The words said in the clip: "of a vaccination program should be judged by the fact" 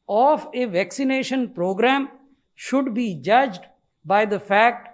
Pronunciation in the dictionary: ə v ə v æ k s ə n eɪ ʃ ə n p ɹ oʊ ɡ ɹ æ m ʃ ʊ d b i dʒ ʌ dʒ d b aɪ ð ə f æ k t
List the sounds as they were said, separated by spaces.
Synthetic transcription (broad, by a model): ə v ə v æ k s ə n eɪ ʃ ə n p ɹ oʊ ɡ ɹ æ m ʃ ʊ d b i dʒ ʌ dʒ d b aɪ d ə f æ k t